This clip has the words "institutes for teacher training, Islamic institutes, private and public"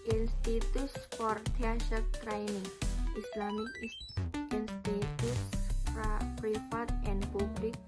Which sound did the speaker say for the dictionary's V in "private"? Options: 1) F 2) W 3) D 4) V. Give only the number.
1